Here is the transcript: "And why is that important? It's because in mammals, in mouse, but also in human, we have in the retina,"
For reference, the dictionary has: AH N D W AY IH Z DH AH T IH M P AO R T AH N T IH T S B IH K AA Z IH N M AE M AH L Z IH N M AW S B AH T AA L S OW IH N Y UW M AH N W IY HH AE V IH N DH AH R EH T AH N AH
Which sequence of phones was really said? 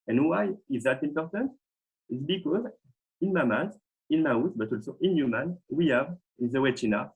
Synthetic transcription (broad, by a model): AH N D W AY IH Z DH AH T IH M P AO R T AH N T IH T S B IH K AA Z IH N M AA M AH Z IH N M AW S B AH T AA L S OW IH N Y UW M AH N W IY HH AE V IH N DH AH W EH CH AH N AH